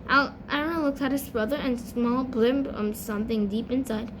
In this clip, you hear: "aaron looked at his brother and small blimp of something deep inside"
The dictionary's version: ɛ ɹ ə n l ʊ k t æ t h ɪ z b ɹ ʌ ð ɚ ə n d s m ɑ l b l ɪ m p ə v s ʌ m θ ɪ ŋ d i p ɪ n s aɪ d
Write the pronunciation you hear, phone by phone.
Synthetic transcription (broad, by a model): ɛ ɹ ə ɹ l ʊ k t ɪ t h ɪ z b ɹ ʌ ð ɚ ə n s m ɑ l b l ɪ m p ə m s ʌ m θ ɪ ŋ d i p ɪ n s aɪ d